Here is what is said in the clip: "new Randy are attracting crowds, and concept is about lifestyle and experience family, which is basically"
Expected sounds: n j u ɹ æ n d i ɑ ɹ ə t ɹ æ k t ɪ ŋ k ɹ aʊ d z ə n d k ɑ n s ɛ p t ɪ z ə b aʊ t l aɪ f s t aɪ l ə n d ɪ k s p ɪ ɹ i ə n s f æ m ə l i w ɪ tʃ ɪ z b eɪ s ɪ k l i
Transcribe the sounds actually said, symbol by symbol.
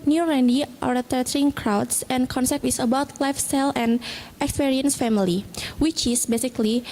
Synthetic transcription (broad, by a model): n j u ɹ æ n d i ɑ ɹ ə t ɛ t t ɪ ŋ k ɹ aʊ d s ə n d k ɑ n s ɛ p t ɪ s ə b aʊ t l aɪ f s t aɪ l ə n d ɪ k s p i ɹ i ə n s f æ m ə l i w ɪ tʃ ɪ s b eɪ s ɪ k l i